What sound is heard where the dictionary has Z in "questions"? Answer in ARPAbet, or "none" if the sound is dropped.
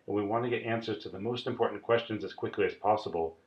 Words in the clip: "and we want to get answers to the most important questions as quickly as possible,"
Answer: Z